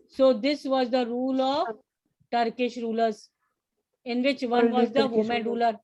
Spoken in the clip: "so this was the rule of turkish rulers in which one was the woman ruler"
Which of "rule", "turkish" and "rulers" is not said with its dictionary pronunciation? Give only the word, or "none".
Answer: none